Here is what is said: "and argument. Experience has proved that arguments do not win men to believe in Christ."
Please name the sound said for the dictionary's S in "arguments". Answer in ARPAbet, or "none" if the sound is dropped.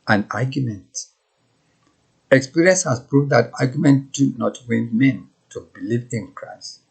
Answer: none